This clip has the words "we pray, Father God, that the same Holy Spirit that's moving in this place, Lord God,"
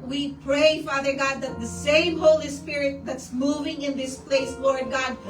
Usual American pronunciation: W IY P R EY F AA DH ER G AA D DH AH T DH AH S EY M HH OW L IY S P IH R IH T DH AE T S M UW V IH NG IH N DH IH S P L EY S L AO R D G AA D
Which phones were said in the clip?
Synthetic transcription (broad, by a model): W IY P R EY F AA DH ER G AA D DH AH T DH AH S EY M HH OW L IY S P IH R IH T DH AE T S M UW V IH NG IH N DH IH S P L EY S L AO R D G AA D